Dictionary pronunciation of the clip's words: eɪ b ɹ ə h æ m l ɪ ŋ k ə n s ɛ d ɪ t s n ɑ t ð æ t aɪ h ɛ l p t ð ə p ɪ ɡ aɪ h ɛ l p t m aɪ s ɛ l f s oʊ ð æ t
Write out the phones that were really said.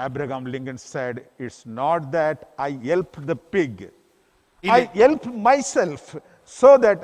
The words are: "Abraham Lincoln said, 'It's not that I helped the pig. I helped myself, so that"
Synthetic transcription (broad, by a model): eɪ b ɹ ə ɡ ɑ m l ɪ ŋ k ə n s ɛ d ɪ t s n ɑ t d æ t aɪ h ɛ l p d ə p ɪ ɡ aɪ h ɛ l p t m aɪ s ɛ l f s oʊ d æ t